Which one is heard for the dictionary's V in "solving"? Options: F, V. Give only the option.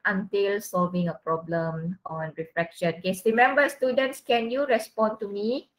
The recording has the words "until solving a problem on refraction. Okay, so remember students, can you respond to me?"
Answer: V